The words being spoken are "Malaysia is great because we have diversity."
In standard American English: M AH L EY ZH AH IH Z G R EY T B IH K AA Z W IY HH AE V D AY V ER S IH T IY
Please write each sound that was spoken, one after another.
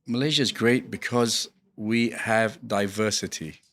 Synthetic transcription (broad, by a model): M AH L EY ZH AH IH Z G R EY T B IH K AA Z W IY HH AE V D AY V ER S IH T IY